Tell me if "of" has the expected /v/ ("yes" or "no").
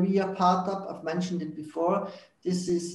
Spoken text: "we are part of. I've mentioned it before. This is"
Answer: no